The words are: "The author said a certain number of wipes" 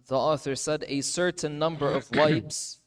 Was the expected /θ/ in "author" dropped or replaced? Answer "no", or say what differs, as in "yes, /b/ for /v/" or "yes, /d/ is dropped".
no